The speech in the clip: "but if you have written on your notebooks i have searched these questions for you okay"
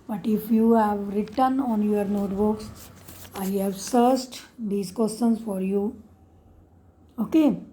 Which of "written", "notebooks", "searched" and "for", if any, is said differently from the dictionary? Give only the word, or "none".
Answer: searched